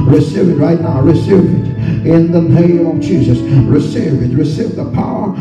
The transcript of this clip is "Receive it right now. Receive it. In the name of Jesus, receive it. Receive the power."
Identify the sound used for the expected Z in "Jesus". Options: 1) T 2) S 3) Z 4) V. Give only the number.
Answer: 3